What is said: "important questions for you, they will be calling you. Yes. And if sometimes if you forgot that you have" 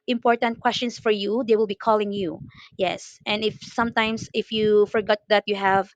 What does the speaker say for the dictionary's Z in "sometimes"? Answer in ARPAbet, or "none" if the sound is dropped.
S